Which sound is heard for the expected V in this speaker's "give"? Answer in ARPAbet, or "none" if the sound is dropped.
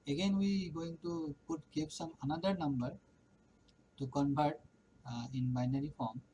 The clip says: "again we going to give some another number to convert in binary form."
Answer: P